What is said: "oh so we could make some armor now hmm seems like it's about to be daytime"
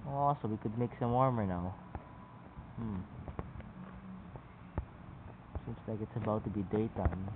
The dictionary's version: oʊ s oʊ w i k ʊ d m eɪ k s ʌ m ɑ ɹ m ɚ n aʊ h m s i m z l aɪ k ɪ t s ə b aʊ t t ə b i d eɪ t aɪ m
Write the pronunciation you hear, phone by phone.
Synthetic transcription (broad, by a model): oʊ s oʊ w i k ʊ d m eɪ k s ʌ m ɑ ɹ m ɚ n aʊ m s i m s l aɪ k ɪ t s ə b aʊ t t ə b i d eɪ t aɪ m